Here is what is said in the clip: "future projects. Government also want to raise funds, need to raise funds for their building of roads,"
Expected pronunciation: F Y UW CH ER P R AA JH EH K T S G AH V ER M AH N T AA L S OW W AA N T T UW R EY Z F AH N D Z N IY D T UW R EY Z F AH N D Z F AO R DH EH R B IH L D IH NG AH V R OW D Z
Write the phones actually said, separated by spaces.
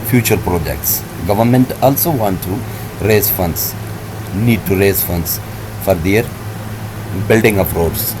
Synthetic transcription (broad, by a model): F Y UW CH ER P R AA JH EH K T S G AH V ER M AH N T AA L S OW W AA N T T UW R EY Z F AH N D S N IY D T UW R EY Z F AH N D S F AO R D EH R B IH L D IH NG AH P R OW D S